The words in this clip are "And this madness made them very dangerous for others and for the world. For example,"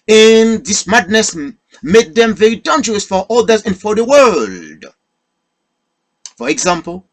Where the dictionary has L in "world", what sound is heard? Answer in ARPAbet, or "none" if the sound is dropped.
L